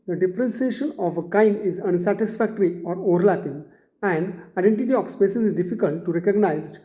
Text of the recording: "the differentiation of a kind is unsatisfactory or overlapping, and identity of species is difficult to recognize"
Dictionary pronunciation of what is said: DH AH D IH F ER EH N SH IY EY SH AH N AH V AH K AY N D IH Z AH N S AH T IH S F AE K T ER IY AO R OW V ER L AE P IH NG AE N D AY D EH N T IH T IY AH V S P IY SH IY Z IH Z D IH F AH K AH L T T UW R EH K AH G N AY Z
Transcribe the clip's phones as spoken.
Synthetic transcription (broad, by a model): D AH D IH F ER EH N S IY EY SH AH N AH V AH K AY N D IH Z AH N S AH T IH S F AE K T ER IY AO R OW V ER L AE P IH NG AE N D AY D EH N T IH T IY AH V S P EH S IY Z IH Z D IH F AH K AH L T T UW R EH K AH G N AY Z